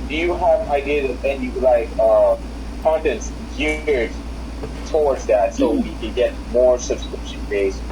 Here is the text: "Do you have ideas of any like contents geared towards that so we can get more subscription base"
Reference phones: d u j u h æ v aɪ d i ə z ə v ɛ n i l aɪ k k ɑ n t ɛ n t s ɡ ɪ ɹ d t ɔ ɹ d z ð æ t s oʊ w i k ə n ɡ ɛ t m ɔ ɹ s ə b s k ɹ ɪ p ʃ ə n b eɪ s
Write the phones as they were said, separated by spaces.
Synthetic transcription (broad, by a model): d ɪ j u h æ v aɪ d i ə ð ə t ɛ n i l aɪ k k ɑ n t ɛ n t s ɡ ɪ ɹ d t ɔ ɹ d z ð æ t s oʊ w i k ə n ɡ ɛ t m ɔ ɹ s ə b s k ɹ ɪ p ʃ ə n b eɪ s